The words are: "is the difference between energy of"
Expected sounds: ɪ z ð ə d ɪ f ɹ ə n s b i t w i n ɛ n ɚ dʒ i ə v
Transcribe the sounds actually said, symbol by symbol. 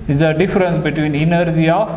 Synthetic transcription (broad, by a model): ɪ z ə d ɪ f ɹ ə n s b i t w i n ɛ n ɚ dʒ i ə